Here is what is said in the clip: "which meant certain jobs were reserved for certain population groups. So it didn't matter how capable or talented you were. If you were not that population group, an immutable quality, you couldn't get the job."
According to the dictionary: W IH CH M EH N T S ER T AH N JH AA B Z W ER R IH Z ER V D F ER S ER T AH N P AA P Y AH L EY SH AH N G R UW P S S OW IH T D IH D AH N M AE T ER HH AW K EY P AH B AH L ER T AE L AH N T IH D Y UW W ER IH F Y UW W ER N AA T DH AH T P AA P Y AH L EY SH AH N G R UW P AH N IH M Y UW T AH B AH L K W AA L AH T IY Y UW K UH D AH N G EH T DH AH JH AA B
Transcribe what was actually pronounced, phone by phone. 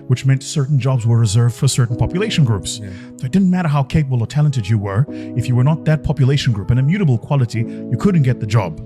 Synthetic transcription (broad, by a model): W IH CH M EH N T S ER T N JH AA B Z W ER R IH Z ER V D F ER S ER T N P AA P Y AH L EY SH N G R UW P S S OW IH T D IH D N M AE T ER HH AW K EY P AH B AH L ER T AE L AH N T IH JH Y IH W ER IH F Y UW W ER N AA T DH AH T P AA P Y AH L EY SH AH N G R UW P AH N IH M Y UW T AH B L K W AA L AH T IY Y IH K UH D N G EH T DH AH JH AA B